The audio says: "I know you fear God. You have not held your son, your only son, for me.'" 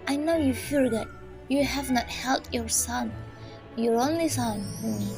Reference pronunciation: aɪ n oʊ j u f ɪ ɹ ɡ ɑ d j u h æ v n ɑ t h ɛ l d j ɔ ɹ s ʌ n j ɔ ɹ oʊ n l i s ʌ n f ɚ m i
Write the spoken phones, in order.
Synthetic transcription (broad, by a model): aɪ n oʊ j u f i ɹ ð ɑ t j u h æ v n ɑ t h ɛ l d j ɔ ɹ s ʌ n j ɔ ɹ oʊ n l i s ʌ n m